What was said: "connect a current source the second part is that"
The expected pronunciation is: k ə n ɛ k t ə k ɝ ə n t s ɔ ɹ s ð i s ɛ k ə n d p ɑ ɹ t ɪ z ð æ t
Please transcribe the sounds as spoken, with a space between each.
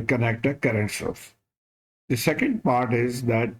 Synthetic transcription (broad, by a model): k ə n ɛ k t ə k ɝ ə n t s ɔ l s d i s ɛ k ə n d p ɑ ɹ t ɪ z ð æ t